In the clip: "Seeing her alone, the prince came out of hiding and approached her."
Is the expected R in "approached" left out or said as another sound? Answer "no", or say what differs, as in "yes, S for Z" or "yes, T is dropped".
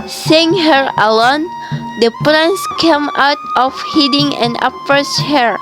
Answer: yes, R is dropped